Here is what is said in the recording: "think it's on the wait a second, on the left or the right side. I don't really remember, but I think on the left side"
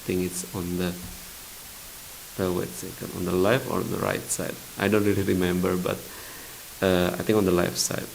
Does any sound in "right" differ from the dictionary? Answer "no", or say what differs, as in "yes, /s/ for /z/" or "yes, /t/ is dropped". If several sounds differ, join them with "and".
no